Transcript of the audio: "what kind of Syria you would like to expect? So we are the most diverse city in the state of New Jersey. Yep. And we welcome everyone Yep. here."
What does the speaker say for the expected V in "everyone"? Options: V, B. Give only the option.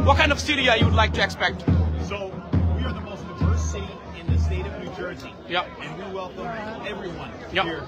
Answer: V